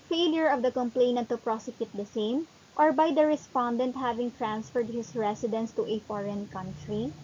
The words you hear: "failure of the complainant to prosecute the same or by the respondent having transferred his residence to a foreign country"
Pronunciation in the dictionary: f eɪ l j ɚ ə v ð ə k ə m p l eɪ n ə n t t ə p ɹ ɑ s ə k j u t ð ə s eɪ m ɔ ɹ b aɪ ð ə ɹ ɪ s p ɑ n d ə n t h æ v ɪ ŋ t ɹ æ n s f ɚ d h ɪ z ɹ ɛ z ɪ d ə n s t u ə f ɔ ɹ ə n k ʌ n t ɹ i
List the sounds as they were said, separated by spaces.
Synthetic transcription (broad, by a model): f eɪ l j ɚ ə v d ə k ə m p l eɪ n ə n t t ə p ɹ ɑ s ə k j u t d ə s eɪ m ɔ ɹ b aɪ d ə ɹ ɪ s p ɑ n d ə n t h æ v ɪ ŋ t ɹ æ n s f ɚ d h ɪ s ɹ ɛ s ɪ d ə n s t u ə f ɔ ɹ ə n k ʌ n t ɹ i